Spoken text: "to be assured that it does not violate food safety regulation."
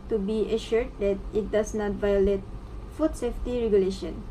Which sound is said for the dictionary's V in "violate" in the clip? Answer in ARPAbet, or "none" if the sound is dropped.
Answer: V